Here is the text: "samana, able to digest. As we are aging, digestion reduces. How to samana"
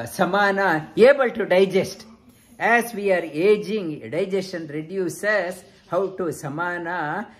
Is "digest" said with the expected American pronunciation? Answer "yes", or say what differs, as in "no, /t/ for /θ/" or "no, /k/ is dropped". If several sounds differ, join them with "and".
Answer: yes